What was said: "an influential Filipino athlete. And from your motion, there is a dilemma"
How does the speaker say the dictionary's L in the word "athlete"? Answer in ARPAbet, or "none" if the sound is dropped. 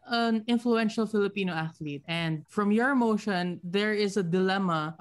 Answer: L